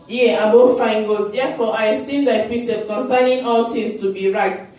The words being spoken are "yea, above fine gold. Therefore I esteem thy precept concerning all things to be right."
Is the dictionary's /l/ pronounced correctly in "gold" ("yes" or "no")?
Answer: no